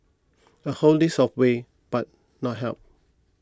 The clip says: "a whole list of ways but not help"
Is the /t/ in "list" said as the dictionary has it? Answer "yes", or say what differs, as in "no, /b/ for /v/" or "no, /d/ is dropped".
no, /t/ is dropped